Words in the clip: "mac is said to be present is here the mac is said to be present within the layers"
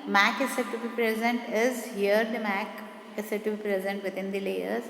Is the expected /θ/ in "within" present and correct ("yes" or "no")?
no